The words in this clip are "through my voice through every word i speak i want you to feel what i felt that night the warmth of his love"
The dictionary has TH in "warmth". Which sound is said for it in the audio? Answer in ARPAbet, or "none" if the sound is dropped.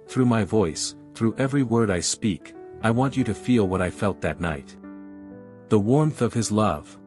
TH